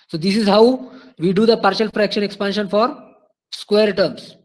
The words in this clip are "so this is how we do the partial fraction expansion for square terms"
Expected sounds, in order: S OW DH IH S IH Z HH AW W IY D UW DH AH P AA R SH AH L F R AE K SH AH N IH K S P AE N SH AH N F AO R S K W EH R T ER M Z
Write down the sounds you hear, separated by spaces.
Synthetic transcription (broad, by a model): S OW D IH S IH Z HH AW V IY D UW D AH P AA R SH AH L F R AE K SH AH N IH K S P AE N SH AH N F AO R S K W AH R T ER M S